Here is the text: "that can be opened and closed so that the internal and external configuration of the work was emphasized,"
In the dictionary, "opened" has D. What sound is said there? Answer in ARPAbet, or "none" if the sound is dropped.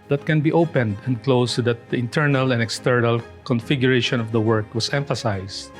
D